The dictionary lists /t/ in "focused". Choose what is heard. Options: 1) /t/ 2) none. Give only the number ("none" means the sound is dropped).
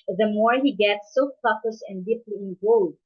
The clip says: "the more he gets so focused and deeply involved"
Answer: 2